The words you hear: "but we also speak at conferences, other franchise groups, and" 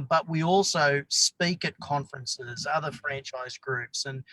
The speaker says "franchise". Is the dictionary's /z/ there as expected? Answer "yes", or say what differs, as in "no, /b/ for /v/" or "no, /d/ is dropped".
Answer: yes